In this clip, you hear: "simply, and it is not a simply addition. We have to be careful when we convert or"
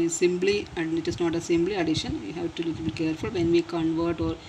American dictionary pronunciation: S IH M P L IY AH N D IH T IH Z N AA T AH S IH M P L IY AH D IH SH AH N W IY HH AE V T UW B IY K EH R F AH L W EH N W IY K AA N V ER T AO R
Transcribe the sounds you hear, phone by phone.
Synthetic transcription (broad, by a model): S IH M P L IY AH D IH T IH S N AA T AH S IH M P L IY AH D IH SH AH N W IY HH AE V T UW B IY K EH R F AH L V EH N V IY K AA N V ER T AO R